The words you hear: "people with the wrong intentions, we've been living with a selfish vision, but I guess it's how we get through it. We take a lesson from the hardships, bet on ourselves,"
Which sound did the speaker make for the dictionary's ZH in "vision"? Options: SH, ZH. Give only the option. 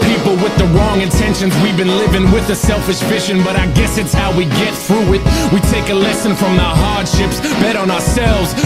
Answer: SH